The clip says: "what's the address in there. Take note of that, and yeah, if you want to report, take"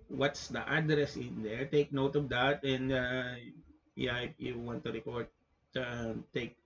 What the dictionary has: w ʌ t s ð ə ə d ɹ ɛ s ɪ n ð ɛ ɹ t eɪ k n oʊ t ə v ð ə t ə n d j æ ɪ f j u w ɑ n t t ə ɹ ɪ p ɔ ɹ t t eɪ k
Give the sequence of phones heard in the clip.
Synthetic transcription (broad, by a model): w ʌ t s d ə ə d ɹ ɛ s ɪ n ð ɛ ɹ t eɪ k n oʊ t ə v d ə t ə n d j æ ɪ p j u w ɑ n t t ə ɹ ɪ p ɔ ɹ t t eɪ k